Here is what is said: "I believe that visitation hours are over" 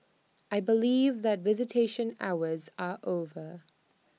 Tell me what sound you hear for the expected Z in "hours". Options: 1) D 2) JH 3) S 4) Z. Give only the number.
4